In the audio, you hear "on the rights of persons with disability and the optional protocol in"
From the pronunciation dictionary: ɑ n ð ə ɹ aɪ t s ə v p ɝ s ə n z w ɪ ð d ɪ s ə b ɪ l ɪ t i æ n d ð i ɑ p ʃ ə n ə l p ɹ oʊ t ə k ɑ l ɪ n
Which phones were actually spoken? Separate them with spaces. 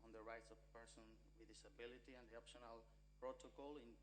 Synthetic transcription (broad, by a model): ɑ n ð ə ɹ aɪ t s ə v p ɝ s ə n w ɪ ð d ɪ s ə b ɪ l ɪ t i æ n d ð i ɑ p ʃ ə n ə l p ɹ oʊ t ə k ɑ l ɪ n